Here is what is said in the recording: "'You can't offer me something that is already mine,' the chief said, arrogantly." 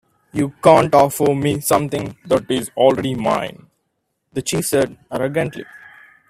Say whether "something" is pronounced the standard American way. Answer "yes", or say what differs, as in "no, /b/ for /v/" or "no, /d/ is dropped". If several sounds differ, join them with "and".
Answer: no, /t/ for /θ/